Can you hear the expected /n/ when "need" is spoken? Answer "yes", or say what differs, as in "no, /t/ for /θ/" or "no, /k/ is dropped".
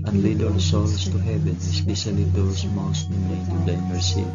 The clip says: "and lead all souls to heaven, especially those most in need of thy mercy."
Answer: no, /l/ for /n/